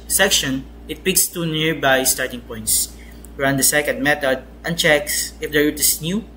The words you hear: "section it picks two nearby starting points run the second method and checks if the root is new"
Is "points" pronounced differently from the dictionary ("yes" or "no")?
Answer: no